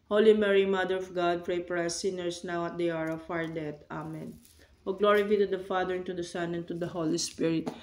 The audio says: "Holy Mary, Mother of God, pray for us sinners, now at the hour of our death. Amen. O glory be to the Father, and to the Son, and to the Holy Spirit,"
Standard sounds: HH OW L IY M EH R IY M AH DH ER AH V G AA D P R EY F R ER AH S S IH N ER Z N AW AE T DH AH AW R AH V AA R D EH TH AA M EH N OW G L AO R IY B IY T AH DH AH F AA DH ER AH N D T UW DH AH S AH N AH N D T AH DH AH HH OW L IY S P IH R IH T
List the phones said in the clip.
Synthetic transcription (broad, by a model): HH OW L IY M EH R IY M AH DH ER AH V G AA D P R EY P R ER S S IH N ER S N AW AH T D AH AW R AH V AA R D EH T AA M EH N OW G L AO R IY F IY T AH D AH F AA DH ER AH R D T UW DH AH S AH N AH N T AH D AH HH OW L IY S P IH R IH T